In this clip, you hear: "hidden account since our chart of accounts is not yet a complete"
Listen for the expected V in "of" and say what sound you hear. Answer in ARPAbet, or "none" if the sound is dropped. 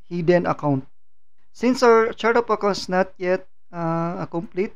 P